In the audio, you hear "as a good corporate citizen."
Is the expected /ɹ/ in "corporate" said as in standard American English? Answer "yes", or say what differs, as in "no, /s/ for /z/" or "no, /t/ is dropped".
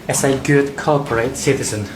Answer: no, /l/ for /ɹ/